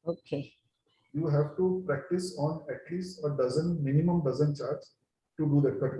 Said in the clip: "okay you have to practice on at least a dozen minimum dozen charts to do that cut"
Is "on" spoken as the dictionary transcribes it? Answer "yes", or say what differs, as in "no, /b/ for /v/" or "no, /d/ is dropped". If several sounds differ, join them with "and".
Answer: yes